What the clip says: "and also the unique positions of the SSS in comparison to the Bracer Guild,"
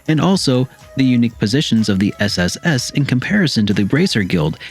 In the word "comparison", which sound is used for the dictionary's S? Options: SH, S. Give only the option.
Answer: S